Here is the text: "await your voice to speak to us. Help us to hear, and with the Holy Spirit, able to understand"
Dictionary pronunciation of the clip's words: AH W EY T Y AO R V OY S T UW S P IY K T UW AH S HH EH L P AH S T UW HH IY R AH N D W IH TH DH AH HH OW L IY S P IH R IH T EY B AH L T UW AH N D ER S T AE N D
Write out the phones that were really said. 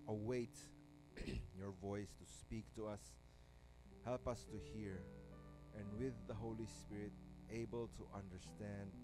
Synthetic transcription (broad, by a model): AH W EY T Y AO R V OY S T UW S P IY K T UW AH S HH EH L P AH S T UW HH IY R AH N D W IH DH AH HH OW L IY S P IH R IH T EY B AH L T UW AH N D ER S T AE N D